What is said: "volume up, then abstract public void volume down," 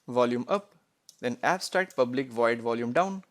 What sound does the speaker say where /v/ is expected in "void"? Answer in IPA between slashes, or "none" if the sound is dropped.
/v/